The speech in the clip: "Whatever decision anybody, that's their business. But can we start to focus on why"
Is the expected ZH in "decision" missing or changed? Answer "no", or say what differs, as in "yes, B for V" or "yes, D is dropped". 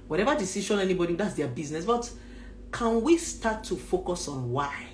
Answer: yes, SH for ZH